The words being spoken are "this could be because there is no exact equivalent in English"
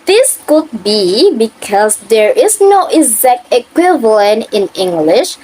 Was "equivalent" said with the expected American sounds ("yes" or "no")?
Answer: yes